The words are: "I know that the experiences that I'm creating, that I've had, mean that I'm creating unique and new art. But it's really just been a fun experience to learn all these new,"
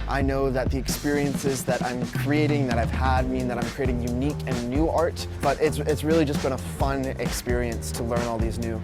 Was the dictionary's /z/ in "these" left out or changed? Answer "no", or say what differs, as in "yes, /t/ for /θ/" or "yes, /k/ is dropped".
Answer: no